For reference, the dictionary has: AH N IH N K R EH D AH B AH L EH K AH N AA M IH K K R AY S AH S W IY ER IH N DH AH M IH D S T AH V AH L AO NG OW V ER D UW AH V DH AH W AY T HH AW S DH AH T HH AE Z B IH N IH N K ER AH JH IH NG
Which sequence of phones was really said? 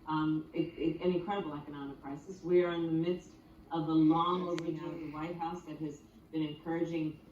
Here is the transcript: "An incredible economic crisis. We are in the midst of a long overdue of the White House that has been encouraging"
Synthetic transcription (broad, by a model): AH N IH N K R EH D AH B L EH K AH N AA M IH K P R AY S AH S W IY ER IH N DH AH M IH D S T AH V AH L AO NG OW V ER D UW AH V DH AH W AY T HH AW S DH AH T HH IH Z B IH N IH N K ER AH JH IH NG